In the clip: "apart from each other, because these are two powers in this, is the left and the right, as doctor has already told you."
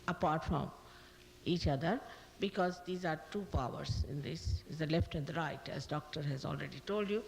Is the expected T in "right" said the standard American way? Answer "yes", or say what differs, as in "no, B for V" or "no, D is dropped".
yes